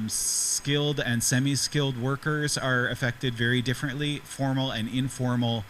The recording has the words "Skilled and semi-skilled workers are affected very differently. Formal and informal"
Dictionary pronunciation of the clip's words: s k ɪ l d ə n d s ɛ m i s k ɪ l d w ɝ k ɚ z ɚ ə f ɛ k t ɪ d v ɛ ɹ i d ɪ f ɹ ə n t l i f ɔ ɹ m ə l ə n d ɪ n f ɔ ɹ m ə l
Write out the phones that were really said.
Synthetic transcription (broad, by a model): s k ɪ l d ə n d s ɛ m i s k ɪ l d w ɝ k ɚ z ɚ ə f ɛ k t ɪ d v ɛ ɹ i d ɪ f ɹ ə n t l i f ɔ ɹ m l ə n ɪ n f ɔ ɹ m l